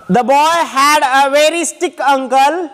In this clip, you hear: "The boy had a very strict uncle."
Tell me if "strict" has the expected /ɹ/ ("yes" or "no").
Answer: no